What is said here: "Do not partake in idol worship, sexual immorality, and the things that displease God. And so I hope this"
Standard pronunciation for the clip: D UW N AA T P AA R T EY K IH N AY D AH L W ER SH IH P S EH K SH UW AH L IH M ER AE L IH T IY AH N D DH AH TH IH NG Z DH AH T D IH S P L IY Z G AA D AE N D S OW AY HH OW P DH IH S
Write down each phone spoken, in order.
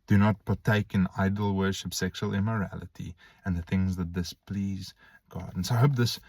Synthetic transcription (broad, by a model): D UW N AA T P AA R T EY K IH N AY D L W ER SH IH P S EH K SH UW AH L IH M ER AE L IH T IY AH N DH AH TH IH NG Z DH AH T D IH S P L IY Z G AA D N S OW AY HH OW P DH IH S